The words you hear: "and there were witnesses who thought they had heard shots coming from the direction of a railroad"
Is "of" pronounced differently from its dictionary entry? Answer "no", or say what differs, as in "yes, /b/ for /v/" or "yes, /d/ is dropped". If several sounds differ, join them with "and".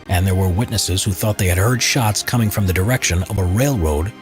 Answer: no